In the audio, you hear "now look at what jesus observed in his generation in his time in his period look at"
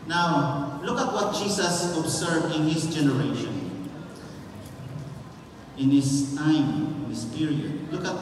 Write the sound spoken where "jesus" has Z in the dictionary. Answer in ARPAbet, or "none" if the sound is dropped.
S